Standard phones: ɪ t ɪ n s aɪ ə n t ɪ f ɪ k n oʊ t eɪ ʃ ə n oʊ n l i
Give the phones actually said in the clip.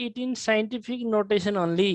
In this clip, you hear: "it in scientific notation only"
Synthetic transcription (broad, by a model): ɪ t ɪ n s aɪ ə n t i p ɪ k n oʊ t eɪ s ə n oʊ n l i